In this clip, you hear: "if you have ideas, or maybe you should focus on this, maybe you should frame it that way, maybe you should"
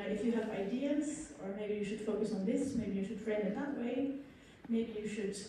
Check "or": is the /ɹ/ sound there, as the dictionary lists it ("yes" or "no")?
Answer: yes